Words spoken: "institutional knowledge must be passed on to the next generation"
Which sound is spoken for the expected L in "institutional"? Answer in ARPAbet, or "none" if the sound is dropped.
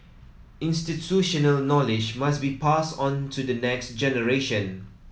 L